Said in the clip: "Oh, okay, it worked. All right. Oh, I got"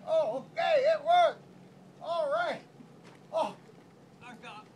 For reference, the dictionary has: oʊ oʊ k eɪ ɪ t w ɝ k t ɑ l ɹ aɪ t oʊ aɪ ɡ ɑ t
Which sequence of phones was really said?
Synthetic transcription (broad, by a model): oʊ oʊ k eɪ ɪ t w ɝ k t ɑ l ɹ aɪ t oʊ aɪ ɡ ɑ